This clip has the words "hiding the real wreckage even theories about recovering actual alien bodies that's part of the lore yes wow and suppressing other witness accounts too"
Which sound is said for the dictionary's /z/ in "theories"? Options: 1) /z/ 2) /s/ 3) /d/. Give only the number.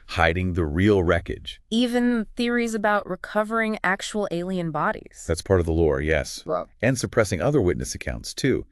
1